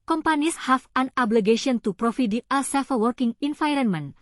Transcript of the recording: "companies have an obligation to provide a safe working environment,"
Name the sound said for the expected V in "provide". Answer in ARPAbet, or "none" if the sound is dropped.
F